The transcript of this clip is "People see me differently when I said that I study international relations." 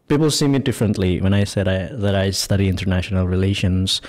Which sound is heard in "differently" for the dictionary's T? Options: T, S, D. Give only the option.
T